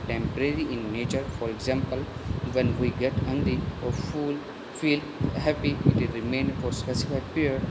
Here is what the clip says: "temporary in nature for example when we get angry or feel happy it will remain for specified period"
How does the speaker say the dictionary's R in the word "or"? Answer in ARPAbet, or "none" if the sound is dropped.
L